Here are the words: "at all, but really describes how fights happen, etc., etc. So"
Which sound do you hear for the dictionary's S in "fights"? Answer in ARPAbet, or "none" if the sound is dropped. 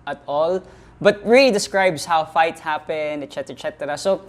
none